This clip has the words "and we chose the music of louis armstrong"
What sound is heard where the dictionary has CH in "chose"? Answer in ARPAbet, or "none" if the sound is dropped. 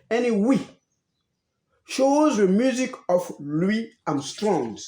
SH